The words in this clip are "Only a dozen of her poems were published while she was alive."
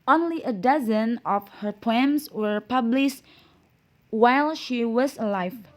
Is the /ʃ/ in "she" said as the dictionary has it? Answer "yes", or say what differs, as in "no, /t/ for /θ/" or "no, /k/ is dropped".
yes